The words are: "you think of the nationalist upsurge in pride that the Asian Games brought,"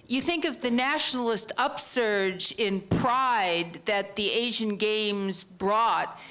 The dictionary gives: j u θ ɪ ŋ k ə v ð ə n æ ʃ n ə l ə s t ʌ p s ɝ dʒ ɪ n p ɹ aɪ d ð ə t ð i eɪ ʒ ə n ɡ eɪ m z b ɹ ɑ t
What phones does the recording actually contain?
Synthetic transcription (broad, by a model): j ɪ θ ɪ ŋ k ə v ð ə n æ ʃ n l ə s t ʌ p s ɝ dʒ ɪ n p ɹ aɪ d ð ə t ð i eɪ ʒ ə n ɡ eɪ m z b ɹ ɑ t